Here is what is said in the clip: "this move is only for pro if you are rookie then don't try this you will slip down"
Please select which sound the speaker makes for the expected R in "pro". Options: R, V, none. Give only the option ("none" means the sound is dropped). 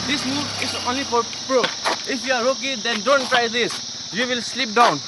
R